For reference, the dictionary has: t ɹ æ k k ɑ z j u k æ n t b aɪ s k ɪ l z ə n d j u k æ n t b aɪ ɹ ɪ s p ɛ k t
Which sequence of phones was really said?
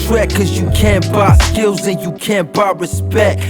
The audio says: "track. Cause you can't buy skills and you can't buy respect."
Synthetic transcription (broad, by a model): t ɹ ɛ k k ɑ z j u k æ n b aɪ s k ɪ l z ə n j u k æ n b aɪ ɹ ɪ s p ɛ k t